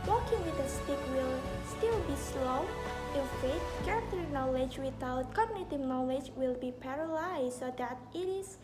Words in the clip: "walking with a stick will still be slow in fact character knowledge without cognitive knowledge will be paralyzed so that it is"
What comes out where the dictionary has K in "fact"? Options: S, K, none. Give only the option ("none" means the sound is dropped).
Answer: none